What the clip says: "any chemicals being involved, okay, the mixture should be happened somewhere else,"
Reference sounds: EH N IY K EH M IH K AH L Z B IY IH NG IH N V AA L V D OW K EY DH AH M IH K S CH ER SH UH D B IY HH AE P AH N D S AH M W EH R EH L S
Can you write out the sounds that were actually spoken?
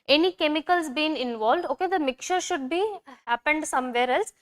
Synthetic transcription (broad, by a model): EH N IY K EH M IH K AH L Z B IY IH NG IH N V AA L V D OW K EY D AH M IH K CH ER SH UH D B IY HH AE P AH N D S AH M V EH R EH L S